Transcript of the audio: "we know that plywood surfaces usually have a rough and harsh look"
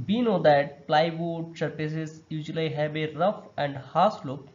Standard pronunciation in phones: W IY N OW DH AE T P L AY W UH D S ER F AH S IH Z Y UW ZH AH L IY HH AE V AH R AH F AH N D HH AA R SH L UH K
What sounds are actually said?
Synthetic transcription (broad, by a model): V IY N OW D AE T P L AY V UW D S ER P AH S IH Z Y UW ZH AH L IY HH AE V AH R AH F AH N D HH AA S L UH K